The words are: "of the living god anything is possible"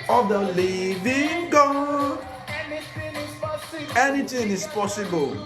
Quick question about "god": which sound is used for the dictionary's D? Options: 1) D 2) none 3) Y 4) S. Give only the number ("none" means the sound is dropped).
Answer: 2